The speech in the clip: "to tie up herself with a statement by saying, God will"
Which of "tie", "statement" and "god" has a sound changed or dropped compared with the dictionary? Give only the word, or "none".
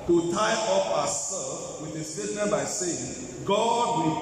statement